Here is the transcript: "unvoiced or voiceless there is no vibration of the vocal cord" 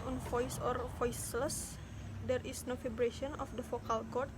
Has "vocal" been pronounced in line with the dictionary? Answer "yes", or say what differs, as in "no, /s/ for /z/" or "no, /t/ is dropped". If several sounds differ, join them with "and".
no, /f/ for /v/